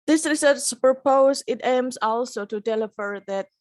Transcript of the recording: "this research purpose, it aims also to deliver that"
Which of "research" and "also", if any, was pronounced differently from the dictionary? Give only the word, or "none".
research